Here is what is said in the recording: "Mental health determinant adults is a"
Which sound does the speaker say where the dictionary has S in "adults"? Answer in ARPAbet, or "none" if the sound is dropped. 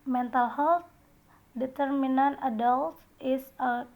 none